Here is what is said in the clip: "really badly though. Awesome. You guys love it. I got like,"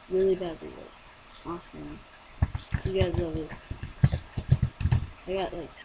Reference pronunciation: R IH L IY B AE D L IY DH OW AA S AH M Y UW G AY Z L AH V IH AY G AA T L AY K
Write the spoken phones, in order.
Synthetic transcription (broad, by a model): R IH L IY B AE D L IY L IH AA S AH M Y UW G AY Z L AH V IH AY G AA T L AY K